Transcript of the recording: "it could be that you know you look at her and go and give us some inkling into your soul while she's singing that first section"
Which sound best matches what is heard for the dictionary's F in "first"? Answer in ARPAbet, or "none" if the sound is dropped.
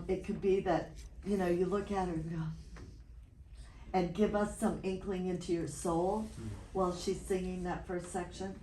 F